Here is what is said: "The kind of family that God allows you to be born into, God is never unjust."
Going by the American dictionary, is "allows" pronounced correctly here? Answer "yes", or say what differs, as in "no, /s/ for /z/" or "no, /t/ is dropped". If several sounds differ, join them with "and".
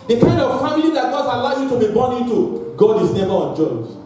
no, /z/ is dropped